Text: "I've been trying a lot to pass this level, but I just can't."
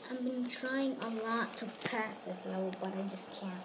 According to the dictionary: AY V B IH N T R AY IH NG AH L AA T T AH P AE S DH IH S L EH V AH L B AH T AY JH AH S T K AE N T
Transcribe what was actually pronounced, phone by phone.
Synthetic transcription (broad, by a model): AY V B IH N T R AY IH NG AH L AA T T AH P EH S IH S L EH AH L B AH T AY JH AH S K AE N